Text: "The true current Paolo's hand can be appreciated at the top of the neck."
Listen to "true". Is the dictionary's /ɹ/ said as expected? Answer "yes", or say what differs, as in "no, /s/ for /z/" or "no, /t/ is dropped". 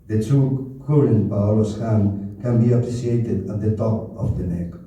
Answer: no, /ɹ/ is dropped